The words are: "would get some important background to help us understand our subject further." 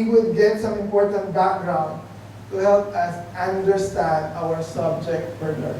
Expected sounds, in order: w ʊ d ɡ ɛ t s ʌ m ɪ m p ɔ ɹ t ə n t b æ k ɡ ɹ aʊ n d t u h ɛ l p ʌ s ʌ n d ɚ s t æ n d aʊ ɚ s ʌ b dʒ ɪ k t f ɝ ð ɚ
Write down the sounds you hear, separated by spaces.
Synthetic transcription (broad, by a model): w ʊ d ɡ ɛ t s ʌ m ɪ m p ɔ ɹ t ə n t b æ k ɡ ɹ aʊ n d t u h ɛ l p ʌ s ʌ n d ɚ s t æ n d aʊ ɚ s ʌ b dʒ ɪ k t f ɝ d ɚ